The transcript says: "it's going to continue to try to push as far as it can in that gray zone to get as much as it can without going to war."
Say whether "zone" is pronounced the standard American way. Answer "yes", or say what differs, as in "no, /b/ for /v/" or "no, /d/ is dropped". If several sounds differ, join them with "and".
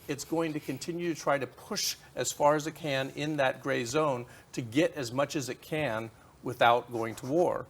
yes